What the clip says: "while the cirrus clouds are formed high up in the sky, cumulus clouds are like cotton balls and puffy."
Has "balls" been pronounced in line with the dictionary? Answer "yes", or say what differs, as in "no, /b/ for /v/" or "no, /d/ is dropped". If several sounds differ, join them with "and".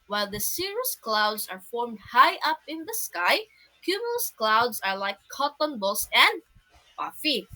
no, /s/ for /z/